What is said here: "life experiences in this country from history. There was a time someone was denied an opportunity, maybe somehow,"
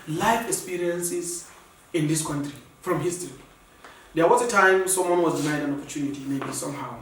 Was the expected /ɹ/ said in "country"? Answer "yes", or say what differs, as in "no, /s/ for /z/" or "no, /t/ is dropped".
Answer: yes